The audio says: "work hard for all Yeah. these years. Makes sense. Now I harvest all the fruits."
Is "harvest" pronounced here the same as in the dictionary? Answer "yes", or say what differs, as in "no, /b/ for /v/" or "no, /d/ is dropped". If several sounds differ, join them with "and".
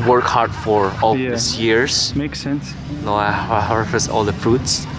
no, /f/ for /v/